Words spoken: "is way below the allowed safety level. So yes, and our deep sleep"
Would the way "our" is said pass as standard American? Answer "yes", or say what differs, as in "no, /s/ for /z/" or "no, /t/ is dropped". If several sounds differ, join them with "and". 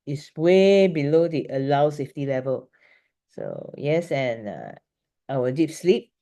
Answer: no, /w/ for /ɹ/